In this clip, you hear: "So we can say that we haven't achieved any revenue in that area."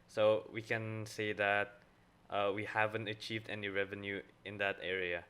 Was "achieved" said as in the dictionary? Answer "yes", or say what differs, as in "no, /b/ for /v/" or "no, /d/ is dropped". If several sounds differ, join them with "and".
yes